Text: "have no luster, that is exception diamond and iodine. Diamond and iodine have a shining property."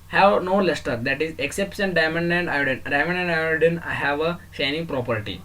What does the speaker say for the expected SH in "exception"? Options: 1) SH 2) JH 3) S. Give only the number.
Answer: 3